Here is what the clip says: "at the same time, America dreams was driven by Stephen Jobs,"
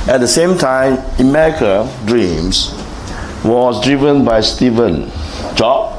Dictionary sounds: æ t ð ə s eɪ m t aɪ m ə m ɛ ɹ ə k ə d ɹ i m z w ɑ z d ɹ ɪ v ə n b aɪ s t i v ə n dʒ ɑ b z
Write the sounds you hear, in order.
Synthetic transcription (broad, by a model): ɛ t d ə s eɪ m t aɪ m ə m ɛ ɹ ə k ə d ɹ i m s w ɑ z d ɹ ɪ v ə n b aɪ s t i v ə n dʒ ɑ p